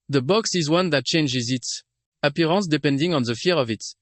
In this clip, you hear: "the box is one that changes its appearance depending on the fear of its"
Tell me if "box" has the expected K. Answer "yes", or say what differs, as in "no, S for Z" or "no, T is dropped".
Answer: yes